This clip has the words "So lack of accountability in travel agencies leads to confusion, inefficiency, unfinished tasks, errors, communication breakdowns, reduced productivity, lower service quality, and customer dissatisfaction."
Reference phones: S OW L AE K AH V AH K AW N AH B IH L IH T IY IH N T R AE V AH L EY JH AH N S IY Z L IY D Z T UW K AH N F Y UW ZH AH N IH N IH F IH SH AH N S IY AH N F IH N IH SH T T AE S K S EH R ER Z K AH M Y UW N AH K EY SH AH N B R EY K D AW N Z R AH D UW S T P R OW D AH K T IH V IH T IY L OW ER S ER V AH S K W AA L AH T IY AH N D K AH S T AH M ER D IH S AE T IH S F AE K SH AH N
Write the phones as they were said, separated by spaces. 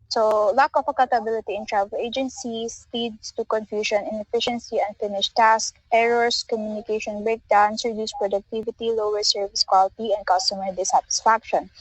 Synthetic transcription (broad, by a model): S OW L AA K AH F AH K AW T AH B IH L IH T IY IH N T R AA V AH L EY JH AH N S IY S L IY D S T UW K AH N F Y UW SH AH N IH N IH F IH SH AH N S IY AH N F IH N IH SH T T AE S K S EH R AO S K AH M Y UW N AH K EY SH AH N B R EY K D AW N S R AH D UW S P R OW D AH K T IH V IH T IY L OW ER S ER V AH S K W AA L T IY AH N D K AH S T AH M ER D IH S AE T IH S F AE K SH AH N